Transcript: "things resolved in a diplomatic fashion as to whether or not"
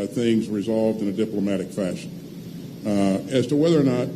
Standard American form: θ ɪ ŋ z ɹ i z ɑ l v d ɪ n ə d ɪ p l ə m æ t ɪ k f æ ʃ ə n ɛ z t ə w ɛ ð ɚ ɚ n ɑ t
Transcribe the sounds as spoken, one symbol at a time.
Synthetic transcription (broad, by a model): θ ɪ ŋ z ɹ i z ɑ l v d ɪ n ə d ɪ p l ə m æ t ɪ k f æ ʃ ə n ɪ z t ə w ɛ ð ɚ ɚ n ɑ t